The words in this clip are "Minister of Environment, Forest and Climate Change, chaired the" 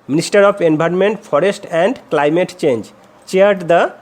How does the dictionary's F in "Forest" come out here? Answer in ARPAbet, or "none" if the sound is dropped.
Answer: P